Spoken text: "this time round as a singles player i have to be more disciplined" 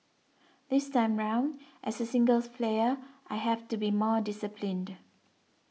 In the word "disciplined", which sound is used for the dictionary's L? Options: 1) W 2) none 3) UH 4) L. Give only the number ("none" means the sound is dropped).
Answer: 4